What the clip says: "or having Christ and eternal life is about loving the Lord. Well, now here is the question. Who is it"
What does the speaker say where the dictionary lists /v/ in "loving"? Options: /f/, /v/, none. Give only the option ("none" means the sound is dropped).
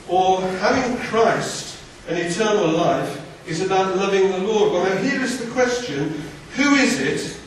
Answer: /v/